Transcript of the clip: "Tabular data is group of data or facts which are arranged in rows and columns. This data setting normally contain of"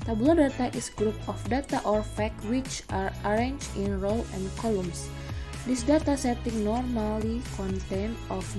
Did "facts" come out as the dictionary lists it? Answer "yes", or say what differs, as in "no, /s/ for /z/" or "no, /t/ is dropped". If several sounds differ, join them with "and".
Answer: no, /s/ is dropped